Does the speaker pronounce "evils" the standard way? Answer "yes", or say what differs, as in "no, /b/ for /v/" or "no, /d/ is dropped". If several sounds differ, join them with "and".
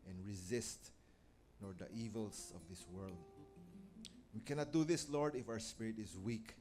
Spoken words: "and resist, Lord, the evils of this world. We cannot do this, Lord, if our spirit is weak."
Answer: no, /s/ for /z/